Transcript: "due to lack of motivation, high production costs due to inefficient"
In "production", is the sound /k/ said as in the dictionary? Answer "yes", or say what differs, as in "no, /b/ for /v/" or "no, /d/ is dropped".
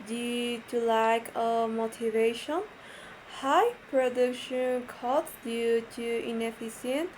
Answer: yes